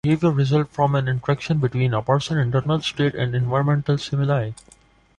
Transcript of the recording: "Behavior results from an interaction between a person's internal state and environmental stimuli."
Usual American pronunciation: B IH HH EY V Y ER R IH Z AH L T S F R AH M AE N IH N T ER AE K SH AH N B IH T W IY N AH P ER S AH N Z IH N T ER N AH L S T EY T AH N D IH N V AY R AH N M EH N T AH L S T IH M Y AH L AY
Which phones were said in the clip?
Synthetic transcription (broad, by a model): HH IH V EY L R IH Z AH L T F R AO M AE N IH N T ER AE K SH AH N B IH T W IY N AH P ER S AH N IH N T ER N AH L S T EY T AH N D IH N V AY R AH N M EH N T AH L S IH M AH L AY